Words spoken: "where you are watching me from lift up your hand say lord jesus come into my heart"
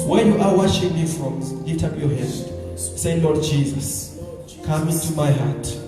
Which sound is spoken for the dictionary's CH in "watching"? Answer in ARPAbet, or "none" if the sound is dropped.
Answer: SH